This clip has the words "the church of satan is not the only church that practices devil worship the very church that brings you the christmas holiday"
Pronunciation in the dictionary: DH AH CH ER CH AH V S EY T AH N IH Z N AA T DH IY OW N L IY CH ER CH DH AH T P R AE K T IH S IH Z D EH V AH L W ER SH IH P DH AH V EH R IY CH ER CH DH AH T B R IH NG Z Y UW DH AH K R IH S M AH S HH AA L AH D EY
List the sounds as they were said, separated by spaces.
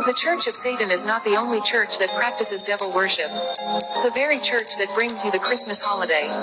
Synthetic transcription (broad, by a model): DH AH CH ER CH AH V S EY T N IH Z N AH T DH IY OW N L IY CH ER CH DH AH T P R AE K T IH S IH Z D EH V L W ER SH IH P DH AH V EH R IY CH ER CH DH AH T B R IH NG Z Y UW DH AH K R IH S M AH S HH AA L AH D EY